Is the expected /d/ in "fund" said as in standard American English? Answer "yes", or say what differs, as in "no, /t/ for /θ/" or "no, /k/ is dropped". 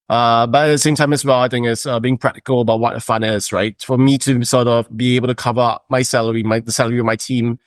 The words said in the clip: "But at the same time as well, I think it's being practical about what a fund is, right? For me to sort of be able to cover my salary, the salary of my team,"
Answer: no, /d/ is dropped